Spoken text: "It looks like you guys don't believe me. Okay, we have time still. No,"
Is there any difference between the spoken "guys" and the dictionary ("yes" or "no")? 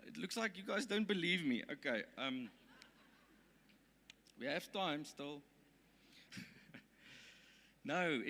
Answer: no